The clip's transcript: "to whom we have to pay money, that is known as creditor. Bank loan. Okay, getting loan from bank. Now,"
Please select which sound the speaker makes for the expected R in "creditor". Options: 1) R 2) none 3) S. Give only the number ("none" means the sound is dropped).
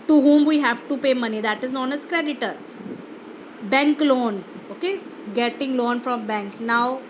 1